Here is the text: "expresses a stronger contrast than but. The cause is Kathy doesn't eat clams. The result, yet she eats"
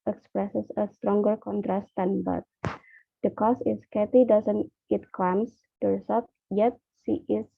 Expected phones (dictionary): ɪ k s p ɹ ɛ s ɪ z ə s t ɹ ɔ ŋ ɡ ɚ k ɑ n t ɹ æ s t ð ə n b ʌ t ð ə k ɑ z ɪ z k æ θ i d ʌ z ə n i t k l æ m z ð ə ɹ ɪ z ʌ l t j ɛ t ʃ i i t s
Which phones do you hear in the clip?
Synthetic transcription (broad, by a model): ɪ k s p ɹ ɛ s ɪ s ə s t ɹ ɔ ŋ ɡ ɚ k ɑ n t ɹ æ s t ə n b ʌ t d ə k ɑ s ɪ s k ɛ t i d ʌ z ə n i t k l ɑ m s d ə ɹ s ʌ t j ɛ t s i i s